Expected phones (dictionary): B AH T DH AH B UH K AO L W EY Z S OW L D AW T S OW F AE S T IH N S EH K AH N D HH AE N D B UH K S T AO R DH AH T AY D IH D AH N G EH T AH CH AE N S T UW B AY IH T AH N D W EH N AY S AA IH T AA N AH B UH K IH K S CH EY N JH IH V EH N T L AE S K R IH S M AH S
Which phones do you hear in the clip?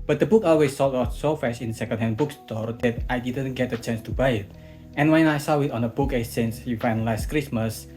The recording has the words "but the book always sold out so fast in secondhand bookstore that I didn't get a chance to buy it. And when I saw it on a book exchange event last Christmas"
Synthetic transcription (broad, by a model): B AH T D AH B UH K AO L W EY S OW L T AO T S OW F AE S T IH N S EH K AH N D HH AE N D B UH K S T AO R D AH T AY D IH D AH N G EH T AH CH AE N S T UW B AY IH T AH N W EH N AY S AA IH T AA N AH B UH K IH S EY N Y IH F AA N L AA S K R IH S M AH S